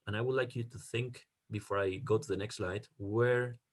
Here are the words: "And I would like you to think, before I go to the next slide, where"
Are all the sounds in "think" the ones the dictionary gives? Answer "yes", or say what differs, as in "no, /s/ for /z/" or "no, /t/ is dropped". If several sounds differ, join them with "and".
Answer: yes